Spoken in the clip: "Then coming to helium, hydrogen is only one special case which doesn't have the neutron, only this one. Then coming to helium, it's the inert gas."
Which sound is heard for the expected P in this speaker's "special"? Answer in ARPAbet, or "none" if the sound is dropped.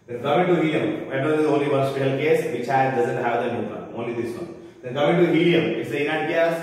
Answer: none